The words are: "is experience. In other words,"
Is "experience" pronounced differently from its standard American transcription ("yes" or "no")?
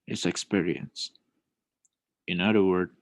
no